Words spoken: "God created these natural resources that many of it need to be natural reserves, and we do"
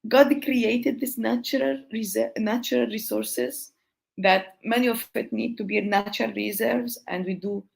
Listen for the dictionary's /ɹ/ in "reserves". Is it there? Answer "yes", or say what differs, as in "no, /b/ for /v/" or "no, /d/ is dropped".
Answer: yes